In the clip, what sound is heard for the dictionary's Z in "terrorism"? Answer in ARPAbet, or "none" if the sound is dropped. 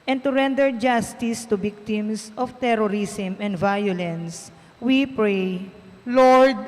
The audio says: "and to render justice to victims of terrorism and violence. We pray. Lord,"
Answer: S